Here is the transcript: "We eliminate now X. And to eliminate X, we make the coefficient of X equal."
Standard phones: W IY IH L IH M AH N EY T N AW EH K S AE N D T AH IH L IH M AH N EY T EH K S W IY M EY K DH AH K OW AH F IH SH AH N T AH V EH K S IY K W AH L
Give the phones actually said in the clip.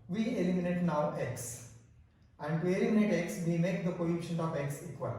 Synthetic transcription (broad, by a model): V IY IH L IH M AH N EY T N AW EH K S AE N D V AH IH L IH M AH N EY T EH K S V IY M EY K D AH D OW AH IH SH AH N AH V EH K S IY K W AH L